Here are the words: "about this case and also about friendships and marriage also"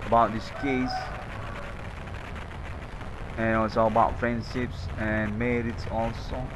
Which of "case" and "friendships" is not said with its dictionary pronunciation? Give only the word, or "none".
none